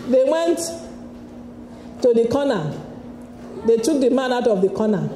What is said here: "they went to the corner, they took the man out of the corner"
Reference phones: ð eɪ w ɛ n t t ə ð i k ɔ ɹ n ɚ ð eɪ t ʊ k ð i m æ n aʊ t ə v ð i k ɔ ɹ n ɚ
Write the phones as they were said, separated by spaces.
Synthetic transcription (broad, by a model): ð eɪ w ɛ n t t ə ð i k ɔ n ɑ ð eɪ t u k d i m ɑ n aʊ t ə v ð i k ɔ n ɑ